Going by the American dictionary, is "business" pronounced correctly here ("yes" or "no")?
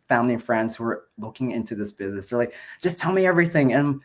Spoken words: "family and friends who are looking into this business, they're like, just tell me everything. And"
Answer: yes